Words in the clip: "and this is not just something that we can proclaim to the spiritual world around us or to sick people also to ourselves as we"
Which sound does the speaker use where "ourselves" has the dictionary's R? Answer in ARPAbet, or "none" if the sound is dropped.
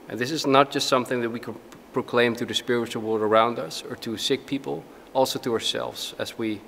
R